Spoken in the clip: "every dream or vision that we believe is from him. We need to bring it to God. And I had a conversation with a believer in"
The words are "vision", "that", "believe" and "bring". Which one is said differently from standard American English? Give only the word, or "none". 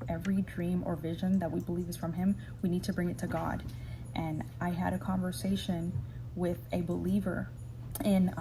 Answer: none